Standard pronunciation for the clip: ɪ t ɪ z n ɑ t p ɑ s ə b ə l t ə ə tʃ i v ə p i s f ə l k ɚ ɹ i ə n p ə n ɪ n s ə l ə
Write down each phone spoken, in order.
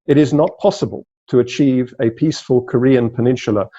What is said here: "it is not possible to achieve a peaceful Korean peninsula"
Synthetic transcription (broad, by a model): ɪ t ɪ z n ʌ t p ɑ s ə b ə l t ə ə tʃ i v ə p i s f ə l k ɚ ɹ i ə n p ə n ɪ n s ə l ə